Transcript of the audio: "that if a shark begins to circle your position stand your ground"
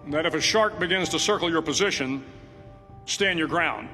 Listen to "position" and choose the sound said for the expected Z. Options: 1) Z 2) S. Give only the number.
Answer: 1